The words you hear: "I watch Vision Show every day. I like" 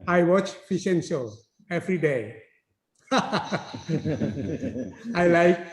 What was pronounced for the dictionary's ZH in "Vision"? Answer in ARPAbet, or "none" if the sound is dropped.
S